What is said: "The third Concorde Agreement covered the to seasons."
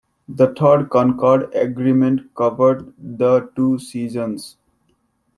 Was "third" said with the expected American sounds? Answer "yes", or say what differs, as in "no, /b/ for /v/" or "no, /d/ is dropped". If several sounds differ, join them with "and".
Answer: no, /t/ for /θ/